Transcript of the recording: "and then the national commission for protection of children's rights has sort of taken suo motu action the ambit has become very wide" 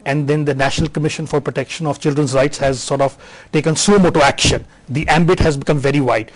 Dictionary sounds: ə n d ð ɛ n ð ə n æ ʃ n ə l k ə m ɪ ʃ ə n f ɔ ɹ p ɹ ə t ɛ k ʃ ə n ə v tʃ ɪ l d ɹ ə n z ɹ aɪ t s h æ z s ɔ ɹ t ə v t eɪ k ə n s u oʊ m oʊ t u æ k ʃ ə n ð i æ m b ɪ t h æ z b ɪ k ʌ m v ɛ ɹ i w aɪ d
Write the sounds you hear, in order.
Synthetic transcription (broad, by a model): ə n d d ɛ n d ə n æ ʃ n ə l k ə m ɪ ʃ ə n f ɔ ɹ p ɹ ə t ɛ k ʃ ə n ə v tʃ ɪ l d ɹ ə n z ɹ aɪ t s h æ z s ɔ ɹ t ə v t eɪ k ə n s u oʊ m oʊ t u æ k ʃ ə n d i æ m b ɪ t h æ z b ɪ k ʌ m v ɛ ɹ i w aɪ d